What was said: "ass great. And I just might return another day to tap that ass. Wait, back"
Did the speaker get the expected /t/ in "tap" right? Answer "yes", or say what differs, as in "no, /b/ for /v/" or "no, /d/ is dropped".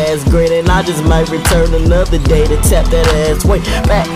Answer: no, /s/ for /t/